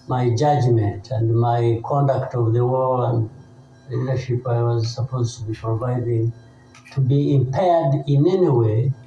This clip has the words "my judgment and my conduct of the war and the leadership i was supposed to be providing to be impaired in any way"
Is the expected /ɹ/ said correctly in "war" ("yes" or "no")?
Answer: no